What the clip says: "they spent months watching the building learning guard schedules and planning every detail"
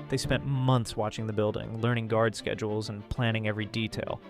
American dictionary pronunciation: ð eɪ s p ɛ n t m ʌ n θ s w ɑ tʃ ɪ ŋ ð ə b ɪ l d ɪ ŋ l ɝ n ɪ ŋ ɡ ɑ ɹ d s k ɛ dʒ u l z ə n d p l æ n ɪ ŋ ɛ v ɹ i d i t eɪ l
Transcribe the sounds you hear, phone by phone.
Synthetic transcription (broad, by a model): ð eɪ s p ɛ n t m ʌ n θ s w ɑ tʃ ɪ ŋ ð ə b ɪ l d ɪ ŋ l ɝ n ɪ ŋ ɡ ɑ ɹ d s k ɛ dʒ u l z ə n p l æ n ɪ ŋ ɛ v ɹ i d i t eɪ l